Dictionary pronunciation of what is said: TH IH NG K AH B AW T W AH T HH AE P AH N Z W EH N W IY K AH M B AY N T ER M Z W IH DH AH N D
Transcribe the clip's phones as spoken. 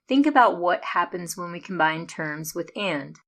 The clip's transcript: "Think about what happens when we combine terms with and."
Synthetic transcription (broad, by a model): TH IH NG K AH B AW T W AH T HH AE P AH N Z W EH N W IY K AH M B AY N T ER M Z W IH DH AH N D